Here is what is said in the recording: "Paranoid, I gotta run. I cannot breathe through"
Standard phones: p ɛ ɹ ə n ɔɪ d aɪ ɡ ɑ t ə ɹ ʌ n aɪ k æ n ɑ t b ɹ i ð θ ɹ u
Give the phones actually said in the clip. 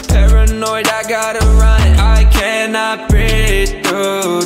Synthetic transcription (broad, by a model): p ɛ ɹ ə n ɔɪ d aɪ ɡ ɑ t ə ɹ ʌ n aɪ k æ n ɑ t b i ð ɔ